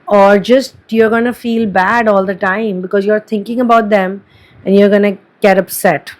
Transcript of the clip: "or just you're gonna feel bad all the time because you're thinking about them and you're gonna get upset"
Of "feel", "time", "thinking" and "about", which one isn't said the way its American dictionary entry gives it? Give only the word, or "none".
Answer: thinking